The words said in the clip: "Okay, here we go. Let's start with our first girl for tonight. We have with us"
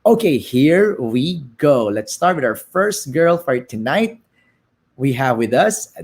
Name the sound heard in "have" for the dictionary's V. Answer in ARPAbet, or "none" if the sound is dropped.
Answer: V